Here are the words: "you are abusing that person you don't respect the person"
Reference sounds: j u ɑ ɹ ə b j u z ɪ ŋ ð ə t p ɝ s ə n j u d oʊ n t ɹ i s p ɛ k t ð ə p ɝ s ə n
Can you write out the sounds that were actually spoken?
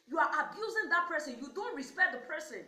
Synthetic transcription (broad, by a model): j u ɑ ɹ ə b j u z ɪ ŋ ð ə t p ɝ s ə n j u d oʊ n t ɹ i s p ɛ k t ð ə p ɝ s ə n